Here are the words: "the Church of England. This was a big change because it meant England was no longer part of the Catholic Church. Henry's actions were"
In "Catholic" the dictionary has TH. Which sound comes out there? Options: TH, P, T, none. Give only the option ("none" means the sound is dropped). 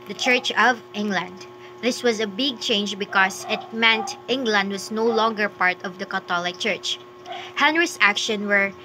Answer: T